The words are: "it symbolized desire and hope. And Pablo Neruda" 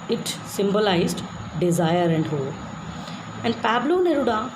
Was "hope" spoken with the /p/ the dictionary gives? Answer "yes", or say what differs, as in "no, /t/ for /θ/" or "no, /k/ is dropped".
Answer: no, /p/ is dropped